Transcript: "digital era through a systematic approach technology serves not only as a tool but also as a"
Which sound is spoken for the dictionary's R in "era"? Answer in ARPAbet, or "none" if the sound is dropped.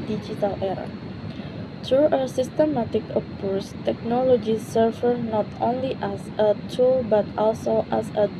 R